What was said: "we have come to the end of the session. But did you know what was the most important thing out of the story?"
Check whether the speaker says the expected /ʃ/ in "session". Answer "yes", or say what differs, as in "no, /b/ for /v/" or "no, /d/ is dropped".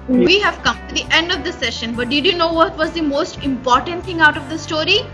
yes